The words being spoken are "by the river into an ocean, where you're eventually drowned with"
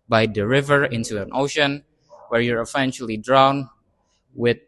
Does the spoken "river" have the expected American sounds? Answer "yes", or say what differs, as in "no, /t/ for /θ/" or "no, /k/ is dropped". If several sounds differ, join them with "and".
yes